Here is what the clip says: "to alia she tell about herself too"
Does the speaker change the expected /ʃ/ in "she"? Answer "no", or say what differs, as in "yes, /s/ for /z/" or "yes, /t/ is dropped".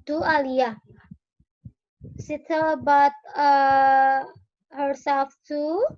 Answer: yes, /s/ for /ʃ/